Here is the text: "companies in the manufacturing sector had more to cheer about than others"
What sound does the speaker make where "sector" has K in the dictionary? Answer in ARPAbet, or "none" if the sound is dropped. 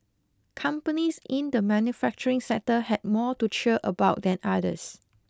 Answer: none